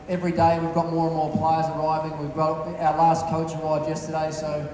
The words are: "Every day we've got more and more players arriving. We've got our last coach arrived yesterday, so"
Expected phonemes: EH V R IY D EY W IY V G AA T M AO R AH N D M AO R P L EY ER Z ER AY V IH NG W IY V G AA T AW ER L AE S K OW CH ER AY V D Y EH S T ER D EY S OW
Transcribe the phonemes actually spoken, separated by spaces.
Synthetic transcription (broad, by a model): EH V R IY D EY W IY V G AA T M AO R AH N M AO R P L EY ER Z ER AY V IH NG W IY V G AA AW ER L AE S K OW CH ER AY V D Y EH S T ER D EY S OW